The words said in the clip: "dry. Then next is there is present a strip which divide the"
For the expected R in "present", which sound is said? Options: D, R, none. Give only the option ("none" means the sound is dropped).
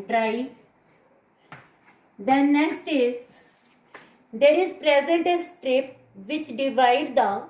R